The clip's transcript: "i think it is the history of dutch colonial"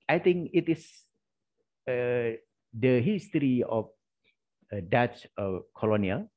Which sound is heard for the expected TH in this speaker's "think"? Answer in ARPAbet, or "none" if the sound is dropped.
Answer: T